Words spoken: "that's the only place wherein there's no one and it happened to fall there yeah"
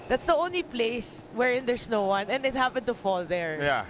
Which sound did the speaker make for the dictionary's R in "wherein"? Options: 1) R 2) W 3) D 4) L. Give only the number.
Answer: 1